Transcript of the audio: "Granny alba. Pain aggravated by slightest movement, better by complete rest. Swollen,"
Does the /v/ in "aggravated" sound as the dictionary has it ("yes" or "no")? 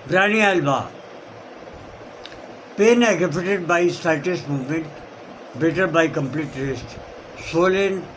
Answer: no